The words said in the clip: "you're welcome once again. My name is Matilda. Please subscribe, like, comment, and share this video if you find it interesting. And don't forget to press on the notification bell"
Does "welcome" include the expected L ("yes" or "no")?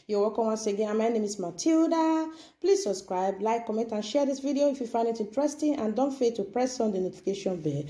no